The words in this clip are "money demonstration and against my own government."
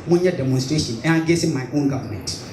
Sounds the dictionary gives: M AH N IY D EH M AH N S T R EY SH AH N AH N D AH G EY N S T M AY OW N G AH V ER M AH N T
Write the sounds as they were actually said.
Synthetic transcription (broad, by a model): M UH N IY D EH M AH N S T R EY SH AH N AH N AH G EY S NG M AY OW N G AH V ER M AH N T